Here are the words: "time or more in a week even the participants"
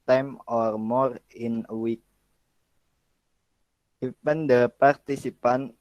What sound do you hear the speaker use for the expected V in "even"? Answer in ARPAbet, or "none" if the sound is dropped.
P